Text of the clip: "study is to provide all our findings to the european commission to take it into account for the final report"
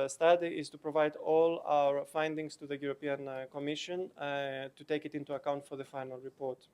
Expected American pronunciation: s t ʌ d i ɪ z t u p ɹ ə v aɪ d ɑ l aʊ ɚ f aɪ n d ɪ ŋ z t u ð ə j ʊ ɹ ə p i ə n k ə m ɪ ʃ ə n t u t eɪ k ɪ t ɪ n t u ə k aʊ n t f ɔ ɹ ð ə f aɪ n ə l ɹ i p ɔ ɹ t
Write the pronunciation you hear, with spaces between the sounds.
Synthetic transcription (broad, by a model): s t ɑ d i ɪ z t u p ɹ ə v aɪ d ɑ l aʊ ɚ f aɪ n d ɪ ŋ s t u ð ə j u ɹ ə p i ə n k ə m ɪ ʃ ə n t u t eɪ k ɪ t ɪ n t u ə k aʊ n t f ɔ ɹ ð ə f aɪ n ə l ɹ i p ɔ ɹ t